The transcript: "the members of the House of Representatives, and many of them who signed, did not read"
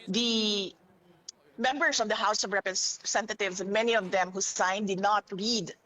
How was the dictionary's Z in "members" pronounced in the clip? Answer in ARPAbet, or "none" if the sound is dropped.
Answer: S